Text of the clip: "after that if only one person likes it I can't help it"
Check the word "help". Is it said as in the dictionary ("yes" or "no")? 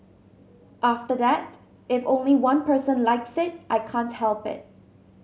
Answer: yes